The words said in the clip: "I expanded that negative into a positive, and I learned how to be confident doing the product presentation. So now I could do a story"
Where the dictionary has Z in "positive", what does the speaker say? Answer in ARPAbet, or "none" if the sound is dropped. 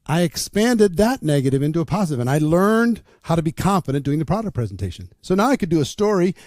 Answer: Z